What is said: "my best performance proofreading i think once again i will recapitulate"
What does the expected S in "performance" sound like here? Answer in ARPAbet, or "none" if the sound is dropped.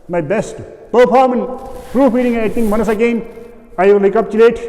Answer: none